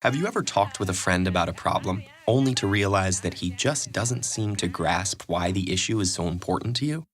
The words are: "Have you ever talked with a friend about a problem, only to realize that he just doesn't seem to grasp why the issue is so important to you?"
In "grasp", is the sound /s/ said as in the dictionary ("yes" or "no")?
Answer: yes